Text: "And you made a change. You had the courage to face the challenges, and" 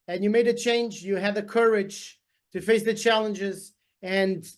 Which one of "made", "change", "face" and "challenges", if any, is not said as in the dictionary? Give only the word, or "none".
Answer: none